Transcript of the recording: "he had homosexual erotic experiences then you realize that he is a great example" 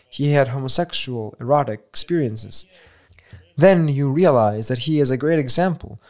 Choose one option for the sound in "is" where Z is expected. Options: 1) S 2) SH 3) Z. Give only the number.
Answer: 3